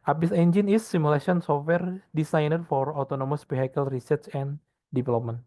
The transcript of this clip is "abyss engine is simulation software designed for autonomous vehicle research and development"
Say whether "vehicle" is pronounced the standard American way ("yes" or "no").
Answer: no